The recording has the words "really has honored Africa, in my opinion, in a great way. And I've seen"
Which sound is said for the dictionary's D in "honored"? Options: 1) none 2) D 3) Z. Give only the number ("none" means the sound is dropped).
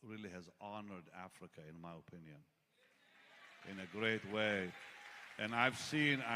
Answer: 2